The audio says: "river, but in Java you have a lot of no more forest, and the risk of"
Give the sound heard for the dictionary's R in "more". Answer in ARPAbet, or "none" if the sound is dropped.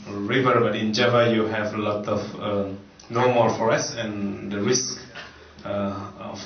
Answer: L